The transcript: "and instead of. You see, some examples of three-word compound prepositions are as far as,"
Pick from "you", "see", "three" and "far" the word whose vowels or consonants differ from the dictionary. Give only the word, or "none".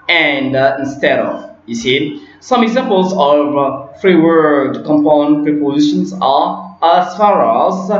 three